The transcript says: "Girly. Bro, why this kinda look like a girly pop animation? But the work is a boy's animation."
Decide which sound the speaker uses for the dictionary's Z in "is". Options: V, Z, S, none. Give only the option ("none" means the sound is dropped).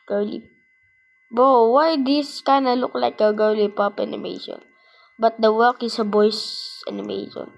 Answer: S